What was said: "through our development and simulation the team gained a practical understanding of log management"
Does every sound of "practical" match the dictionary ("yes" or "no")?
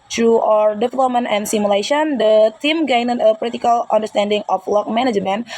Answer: no